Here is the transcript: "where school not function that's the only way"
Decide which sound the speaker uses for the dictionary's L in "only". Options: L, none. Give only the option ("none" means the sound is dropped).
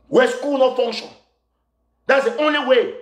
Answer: L